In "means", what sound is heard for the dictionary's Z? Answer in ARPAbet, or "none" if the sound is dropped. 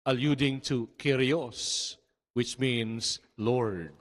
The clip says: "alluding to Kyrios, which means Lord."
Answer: S